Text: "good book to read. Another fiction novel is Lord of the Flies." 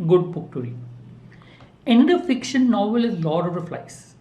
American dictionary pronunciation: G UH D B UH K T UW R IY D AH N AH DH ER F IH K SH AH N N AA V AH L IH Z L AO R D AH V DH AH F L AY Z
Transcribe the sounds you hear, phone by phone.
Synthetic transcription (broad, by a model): G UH D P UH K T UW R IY AH N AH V F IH K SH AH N N AA V AH L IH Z L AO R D AH V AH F L AY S